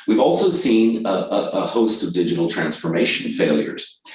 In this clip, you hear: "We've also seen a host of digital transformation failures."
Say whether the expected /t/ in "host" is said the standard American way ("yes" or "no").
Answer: yes